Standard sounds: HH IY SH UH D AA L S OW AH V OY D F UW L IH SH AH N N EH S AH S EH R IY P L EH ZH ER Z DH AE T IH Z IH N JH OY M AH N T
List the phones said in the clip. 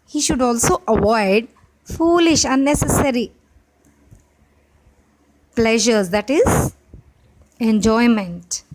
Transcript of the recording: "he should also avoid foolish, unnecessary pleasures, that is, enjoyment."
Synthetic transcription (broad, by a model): HH IY SH UH D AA L S OW AH V OY D F UW L IH SH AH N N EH S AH S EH R IY P L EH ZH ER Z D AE T IH Z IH N JH OY M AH N T